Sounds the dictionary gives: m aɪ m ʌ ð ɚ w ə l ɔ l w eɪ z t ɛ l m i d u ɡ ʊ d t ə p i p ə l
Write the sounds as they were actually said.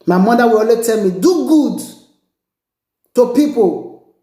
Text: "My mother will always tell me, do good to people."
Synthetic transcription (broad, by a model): m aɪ m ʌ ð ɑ w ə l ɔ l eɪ t ɛ l m i d u ɡ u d t ə p i p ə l